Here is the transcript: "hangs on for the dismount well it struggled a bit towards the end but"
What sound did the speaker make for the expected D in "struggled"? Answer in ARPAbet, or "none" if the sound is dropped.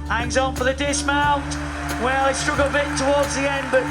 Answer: none